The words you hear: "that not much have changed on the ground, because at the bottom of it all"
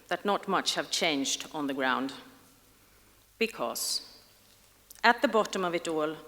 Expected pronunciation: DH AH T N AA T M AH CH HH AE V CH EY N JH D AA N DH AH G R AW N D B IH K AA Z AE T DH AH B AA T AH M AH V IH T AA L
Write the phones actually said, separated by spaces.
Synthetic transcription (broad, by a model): DH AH T N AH T M AH CH HH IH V CH EY N JH D N DH AH G R AW N D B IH K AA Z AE T DH AH B AA T AH M AH V IH T AA L